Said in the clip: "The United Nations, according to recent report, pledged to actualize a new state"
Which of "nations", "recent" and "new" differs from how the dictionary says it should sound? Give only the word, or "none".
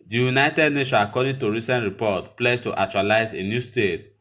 nations